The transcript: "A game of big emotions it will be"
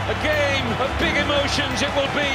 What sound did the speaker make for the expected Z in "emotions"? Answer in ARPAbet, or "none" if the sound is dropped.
Z